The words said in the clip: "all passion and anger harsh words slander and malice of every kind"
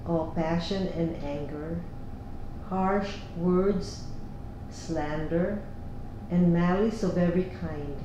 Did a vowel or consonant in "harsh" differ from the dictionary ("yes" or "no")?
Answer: no